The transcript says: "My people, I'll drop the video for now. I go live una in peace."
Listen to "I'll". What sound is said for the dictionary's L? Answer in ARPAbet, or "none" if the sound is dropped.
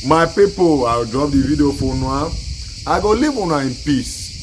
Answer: W